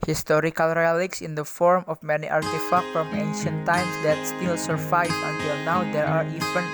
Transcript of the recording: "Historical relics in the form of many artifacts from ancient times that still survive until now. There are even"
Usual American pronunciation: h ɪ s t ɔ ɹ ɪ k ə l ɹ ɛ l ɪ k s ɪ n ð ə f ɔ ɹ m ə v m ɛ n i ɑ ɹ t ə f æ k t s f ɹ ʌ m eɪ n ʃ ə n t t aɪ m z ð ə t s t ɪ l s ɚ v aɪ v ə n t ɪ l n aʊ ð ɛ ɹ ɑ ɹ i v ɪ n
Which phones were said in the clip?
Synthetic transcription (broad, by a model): h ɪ s t ɔ ɹ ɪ k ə l ɹ ɛ l ɪ k s ɪ n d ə f ɔ ɹ m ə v m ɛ n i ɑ ɹ t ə f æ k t f ɹ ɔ m eɪ n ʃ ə n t t aɪ m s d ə t s t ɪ l s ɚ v aɪ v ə n t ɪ l n aʊ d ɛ ɹ ɑ ɹ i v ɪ n